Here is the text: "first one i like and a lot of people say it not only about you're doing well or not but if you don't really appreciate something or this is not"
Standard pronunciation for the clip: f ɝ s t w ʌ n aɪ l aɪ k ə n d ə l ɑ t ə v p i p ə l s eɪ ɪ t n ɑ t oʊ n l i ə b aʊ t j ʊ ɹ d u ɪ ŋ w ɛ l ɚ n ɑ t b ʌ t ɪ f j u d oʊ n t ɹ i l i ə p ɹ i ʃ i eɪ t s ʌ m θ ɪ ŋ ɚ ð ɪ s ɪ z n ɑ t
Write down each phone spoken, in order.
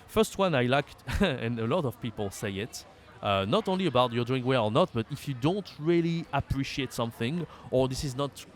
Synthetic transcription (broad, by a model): f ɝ s t w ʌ n aɪ l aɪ k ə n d ə l ɑ t ə v p i p ə l s eɪ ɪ t n ɑ t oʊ n l i ə b aʊ t j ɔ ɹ d u ɪ ŋ w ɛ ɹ ɚ n ɑ t b ʌ t ɪ f j u d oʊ n t ɹ i l i ə p ɹ i ʃ i eɪ t s ʌ m θ ɪ ŋ ɚ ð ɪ s ɪ z n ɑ t